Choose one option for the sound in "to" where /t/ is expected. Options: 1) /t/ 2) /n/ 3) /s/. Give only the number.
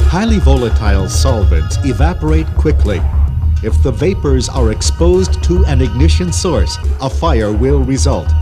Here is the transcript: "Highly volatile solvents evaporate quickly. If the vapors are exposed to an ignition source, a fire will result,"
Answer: 1